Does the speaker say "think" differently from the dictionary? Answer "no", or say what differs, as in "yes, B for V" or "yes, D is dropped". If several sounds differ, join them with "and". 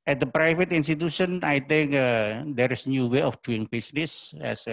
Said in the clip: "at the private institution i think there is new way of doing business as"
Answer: yes, T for TH